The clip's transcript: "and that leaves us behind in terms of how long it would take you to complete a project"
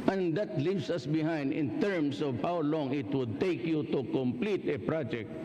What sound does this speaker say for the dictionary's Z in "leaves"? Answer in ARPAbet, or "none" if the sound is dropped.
S